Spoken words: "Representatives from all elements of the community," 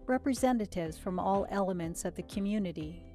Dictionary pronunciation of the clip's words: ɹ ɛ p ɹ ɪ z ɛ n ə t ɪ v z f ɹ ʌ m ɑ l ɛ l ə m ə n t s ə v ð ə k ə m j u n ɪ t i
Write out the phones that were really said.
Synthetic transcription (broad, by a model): ɹ ɛ p ɹ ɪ z ɛ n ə t ɪ v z f ɹ ʌ m ɑ l ɛ l ə m ə n t s ə v ð ə k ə m j u n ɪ t i